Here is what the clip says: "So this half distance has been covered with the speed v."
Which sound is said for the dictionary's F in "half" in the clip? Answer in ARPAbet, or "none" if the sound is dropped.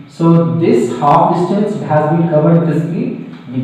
P